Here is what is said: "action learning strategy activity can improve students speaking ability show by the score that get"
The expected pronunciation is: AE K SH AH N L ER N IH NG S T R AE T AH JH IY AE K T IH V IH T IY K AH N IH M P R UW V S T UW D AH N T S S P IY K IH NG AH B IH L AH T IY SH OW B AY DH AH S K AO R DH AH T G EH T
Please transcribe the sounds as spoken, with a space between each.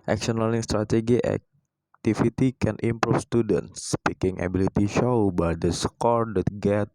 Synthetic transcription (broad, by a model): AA K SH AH N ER L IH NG S T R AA T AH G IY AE K T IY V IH T IY K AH N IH M P R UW F S T UW D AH N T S S P IY K IH NG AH B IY L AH T IY SH OW B AY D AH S K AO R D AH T G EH T